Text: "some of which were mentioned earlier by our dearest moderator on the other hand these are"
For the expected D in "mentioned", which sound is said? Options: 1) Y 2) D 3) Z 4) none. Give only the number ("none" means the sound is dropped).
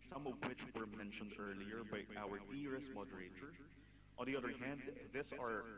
2